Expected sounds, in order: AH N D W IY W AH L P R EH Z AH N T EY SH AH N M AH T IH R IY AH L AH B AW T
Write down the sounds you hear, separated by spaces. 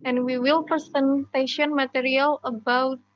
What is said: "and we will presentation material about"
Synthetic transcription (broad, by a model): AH N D W IY W AH L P EH S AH N T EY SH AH N M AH T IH R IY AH L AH B AW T